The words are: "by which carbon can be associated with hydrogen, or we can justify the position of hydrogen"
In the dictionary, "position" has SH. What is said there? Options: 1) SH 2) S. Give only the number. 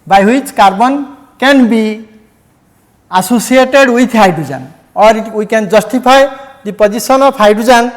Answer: 2